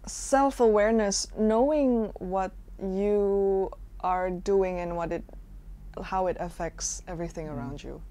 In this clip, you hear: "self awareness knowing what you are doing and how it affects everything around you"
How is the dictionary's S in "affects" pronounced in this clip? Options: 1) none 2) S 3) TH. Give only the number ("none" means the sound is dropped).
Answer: 2